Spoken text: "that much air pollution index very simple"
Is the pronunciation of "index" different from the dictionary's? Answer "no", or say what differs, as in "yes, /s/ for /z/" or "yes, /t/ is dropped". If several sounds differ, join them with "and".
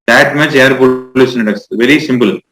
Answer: yes, /n/ is dropped